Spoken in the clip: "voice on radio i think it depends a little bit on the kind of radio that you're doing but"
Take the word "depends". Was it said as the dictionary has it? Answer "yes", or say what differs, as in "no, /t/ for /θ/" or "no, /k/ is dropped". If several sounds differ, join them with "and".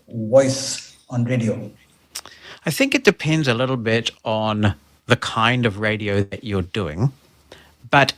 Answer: yes